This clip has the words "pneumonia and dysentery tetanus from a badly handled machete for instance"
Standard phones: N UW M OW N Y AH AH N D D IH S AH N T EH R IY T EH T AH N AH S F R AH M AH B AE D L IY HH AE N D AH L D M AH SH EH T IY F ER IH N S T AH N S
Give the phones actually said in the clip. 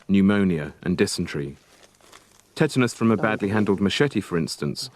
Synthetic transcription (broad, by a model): N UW M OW N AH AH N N D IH S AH N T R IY T EH T AH N AH S F R AH M AH B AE D L IY HH AE N D AH L D M AH SH EH T IY F ER IH N S T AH N S